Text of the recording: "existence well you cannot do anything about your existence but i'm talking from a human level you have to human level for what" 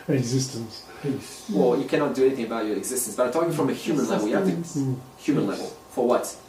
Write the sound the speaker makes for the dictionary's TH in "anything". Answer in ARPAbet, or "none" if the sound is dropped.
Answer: TH